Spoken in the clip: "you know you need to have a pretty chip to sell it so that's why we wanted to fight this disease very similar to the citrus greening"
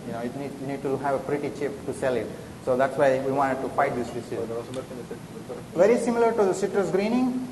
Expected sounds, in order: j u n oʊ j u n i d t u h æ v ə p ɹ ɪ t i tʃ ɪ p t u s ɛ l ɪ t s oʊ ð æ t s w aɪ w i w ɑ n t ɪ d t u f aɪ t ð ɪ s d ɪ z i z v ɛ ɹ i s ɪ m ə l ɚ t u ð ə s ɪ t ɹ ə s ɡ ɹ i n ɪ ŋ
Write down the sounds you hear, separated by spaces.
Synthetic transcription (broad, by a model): j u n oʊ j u n i d t u h æ v ə p ɹ ɪ t i tʃ ɪ p t u s ɛ l ɪ t s oʊ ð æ t s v aɪ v i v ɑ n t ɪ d t u f aɪ t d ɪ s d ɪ s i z v ɛ ɹ i s ɪ m ə l ɚ t u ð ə s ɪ t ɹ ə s ɡ ɹ i n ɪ ŋ